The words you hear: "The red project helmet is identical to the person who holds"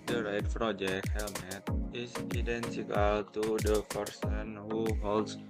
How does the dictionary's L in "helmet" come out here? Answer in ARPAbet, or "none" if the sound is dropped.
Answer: L